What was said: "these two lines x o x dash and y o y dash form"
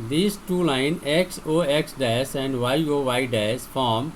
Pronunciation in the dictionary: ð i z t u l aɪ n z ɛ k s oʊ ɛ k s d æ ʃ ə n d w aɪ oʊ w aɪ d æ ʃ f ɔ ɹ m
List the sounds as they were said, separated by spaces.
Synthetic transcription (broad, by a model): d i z t u l aɪ n ɛ k s oʊ ɛ k s d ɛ s ə n d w aɪ oʊ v aɪ d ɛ s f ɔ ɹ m